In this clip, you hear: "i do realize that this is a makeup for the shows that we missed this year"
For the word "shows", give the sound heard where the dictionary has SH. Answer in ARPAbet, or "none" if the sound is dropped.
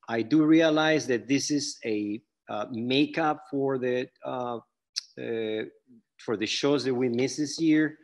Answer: SH